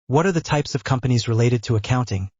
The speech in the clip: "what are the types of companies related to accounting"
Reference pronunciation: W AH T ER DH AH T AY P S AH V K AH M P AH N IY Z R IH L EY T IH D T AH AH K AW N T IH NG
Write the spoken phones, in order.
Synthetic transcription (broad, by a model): W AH T ER DH AH T AY P S AH V K AH M P AH N IY Z R IH L EY T IH D T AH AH K AW N T IH NG